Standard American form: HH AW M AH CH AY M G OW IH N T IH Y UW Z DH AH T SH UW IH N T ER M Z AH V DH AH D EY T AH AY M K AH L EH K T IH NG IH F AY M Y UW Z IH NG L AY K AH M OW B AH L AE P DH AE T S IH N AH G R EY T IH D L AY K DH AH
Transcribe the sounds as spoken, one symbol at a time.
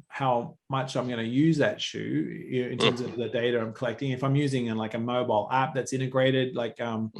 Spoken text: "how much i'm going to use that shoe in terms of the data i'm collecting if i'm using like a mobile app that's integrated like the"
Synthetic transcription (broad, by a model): HH AW M AH CH AY M G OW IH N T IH Y UW Z DH AH T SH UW IH N T ER M Z AH V DH AH D EY T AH AY M K AH L EH K T IH NG IH F AY M Y UW Z IH NG L AY K AH M OW B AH L AE P DH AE T S IH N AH G R EY T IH D L AY K AH